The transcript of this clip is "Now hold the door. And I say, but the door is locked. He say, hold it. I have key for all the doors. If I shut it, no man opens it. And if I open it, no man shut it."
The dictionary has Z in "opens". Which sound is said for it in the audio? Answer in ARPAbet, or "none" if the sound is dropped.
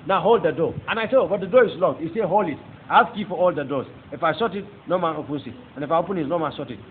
S